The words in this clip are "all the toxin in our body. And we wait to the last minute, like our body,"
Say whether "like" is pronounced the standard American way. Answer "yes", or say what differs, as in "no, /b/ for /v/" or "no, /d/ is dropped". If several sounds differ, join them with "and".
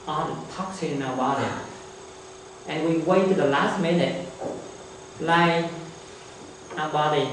no, /k/ is dropped